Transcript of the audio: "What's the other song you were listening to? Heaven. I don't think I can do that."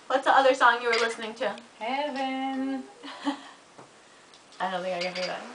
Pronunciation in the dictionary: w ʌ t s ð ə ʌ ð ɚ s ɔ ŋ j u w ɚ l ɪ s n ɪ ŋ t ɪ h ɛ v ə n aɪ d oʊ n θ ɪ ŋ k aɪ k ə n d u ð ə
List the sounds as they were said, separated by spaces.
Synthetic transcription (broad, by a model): w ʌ t s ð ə ʌ ð ɚ s ɔ ŋ j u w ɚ l ɪ s n ɪ ŋ t ɪ h ɛ v ə n aɪ d oʊ n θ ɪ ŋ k aɪ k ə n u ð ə